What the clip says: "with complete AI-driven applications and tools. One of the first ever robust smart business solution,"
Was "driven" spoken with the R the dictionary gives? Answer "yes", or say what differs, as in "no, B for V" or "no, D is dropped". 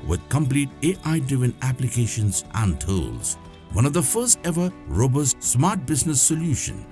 no, R is dropped